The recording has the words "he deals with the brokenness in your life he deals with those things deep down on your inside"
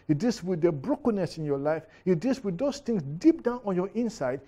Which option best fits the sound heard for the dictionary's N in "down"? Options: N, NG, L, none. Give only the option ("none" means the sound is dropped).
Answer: N